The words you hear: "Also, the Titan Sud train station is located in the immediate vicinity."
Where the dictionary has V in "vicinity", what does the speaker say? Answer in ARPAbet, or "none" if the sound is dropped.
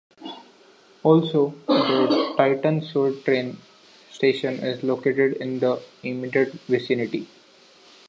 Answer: V